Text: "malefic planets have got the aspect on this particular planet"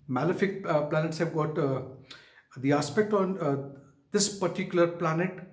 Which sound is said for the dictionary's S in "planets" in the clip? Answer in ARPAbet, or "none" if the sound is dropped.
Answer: S